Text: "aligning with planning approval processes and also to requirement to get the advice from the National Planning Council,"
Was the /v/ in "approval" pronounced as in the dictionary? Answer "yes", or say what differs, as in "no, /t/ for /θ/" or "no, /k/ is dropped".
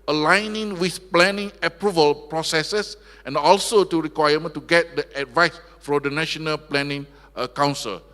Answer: yes